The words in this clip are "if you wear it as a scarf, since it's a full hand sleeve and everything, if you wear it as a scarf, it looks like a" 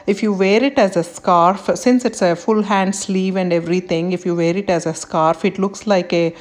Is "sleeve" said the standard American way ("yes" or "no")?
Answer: yes